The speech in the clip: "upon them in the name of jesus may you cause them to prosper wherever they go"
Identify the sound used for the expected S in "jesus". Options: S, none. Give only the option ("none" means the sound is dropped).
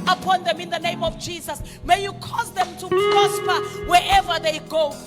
S